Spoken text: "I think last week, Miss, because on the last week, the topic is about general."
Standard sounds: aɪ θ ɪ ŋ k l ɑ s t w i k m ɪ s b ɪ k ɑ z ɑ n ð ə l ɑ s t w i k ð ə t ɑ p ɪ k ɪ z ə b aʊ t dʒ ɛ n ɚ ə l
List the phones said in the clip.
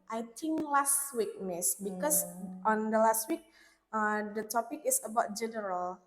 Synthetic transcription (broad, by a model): aɪ t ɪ ŋ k l ɑ s t w i k m ɪ s b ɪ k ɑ s ɑ n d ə l ɑ s t w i k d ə t ɑ p ɪ k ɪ s ə b aʊ t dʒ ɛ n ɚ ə l